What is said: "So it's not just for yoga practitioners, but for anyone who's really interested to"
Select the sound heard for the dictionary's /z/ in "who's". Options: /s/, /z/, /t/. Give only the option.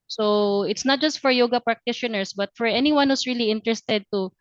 /s/